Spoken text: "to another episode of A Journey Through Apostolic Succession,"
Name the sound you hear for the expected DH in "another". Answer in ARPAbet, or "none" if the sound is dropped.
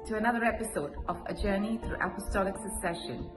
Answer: DH